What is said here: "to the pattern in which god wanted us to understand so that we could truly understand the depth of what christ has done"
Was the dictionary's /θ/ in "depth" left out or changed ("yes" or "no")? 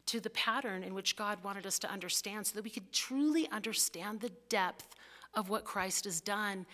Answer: no